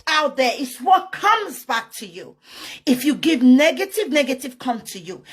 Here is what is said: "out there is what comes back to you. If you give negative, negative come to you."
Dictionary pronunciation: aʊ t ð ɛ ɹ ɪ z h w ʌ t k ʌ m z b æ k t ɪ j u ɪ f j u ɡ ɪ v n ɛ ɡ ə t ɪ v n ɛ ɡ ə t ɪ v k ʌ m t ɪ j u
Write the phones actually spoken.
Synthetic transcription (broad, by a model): aʊ t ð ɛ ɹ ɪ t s w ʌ t k ʌ m z b æ k t ɪ j u ɪ f j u ɡ ɪ v n ɛ ɡ ə t ɪ v n ɛ ɡ ə t ɪ v k ʌ m t ɪ j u